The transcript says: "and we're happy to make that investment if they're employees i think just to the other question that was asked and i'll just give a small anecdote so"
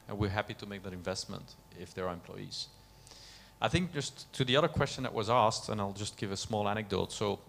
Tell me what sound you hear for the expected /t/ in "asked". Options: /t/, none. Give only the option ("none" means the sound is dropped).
/t/